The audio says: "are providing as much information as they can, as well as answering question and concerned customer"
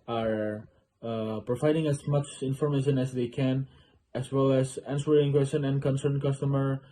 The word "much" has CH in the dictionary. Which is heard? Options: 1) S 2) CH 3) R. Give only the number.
2